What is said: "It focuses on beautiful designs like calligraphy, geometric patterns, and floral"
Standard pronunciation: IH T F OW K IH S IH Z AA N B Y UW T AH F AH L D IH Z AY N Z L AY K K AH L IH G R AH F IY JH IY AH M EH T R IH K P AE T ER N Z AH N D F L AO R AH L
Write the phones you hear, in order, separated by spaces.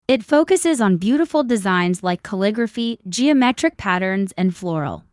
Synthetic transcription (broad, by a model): IH T F OW K IH S IH Z N B Y UW T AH F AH L D IH Z AY N Z L AY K K AH L IH G R AH F IY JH IY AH M EH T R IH K P AE T ER N Z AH N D F L AO R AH L